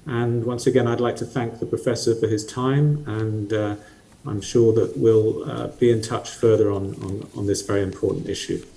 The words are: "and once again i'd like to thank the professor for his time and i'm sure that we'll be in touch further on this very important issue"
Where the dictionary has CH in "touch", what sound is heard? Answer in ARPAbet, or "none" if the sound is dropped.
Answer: CH